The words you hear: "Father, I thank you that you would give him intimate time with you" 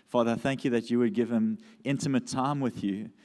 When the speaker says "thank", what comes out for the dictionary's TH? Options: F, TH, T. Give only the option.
TH